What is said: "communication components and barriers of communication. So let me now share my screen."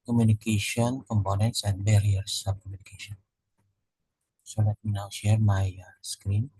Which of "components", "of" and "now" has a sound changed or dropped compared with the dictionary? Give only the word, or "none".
of